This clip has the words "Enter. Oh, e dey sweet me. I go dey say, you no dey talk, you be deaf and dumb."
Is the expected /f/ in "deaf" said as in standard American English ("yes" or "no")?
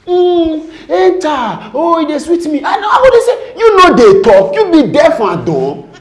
yes